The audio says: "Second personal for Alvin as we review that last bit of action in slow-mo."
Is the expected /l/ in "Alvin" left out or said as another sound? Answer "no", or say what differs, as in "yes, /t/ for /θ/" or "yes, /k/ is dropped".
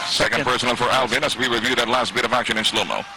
no